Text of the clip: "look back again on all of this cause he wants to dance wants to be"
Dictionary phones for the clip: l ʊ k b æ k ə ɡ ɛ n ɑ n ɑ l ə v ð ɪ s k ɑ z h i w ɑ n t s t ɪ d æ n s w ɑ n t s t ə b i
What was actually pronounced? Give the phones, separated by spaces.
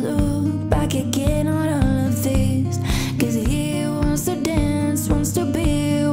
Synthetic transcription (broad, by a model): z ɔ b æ k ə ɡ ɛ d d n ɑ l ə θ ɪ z k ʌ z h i w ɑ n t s t ɪ d æ n s w ɑ n t s t ə b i